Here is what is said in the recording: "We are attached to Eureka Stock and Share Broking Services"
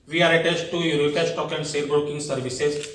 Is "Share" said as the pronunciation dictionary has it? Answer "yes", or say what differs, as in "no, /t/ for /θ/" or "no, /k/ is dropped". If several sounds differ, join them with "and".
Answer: no, /s/ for /ʃ/ and /l/ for /ɹ/